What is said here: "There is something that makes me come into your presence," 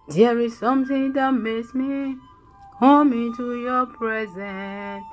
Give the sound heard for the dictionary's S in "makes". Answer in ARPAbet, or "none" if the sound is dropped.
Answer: S